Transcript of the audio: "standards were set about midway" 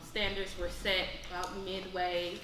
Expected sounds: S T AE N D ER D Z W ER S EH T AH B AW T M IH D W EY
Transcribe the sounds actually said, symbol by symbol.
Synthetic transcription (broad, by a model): S T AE N D ER D Z W ER S EH T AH UH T M IH D W EY